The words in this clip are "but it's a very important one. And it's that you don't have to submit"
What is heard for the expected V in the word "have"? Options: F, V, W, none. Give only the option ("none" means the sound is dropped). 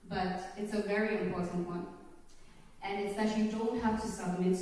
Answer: F